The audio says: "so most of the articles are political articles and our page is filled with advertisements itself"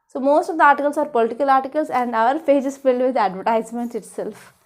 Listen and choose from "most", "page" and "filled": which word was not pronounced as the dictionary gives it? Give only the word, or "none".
page